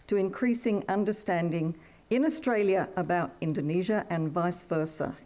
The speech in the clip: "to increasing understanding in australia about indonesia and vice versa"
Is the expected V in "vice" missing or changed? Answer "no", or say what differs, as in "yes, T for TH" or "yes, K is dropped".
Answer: no